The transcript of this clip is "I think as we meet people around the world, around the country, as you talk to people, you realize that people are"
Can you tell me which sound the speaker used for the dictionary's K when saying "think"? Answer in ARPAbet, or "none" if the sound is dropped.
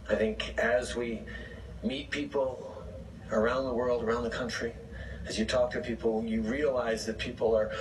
K